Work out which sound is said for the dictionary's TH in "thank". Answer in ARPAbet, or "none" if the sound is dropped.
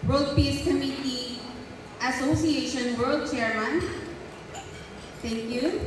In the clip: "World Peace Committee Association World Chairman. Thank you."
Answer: T